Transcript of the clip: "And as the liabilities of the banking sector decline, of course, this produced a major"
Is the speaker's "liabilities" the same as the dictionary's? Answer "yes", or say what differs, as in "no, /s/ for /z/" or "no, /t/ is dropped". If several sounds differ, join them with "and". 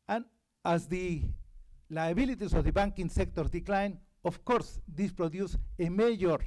no, /s/ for /z/